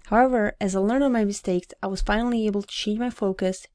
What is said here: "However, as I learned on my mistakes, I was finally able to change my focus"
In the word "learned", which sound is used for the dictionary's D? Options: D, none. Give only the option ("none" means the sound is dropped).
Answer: none